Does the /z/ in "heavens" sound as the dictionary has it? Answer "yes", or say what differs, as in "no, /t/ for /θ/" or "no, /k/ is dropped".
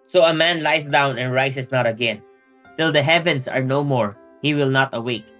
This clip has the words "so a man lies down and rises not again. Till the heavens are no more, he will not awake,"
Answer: no, /s/ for /z/